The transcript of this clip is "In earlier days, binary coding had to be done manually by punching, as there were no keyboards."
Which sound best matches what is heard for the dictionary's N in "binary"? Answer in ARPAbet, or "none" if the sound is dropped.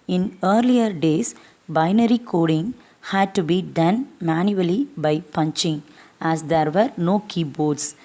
N